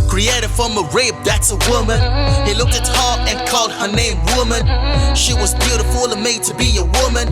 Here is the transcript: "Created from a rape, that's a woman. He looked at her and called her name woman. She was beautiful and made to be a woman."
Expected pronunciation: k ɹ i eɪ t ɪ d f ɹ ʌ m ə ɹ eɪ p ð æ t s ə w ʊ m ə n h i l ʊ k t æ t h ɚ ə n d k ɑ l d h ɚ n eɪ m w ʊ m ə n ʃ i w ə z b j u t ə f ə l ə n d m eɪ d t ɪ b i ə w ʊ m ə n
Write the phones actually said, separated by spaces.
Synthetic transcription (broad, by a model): k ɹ i eɪ t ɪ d f ɹ ʌ m ə ɹ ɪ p ð æ t s ə w ʊ m ə n h i l ʊ k t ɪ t h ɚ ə n k ɑ l d h ɚ n eɪ m w ʊ m ə n ʃ i w ə z b j u t ə f ə l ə m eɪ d t ɪ b i ə w ʊ m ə n